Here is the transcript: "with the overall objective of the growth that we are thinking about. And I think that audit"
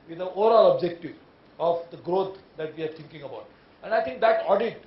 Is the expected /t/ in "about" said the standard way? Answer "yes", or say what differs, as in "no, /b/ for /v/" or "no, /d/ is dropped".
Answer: yes